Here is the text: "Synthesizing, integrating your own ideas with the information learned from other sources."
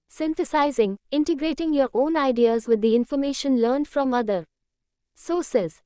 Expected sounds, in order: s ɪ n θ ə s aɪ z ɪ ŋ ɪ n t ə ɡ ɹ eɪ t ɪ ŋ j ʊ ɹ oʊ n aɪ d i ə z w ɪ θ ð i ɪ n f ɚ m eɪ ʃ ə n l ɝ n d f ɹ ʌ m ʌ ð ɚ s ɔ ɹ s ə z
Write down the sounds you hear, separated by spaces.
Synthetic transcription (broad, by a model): s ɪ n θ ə s aɪ z ɪ ŋ ɪ n t ə ɡ ɹ eɪ t ɪ ŋ j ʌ ɹ oʊ n aɪ d i ə z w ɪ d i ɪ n f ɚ m eɪ ʃ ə n l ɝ n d f ɹ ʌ m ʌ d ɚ s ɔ s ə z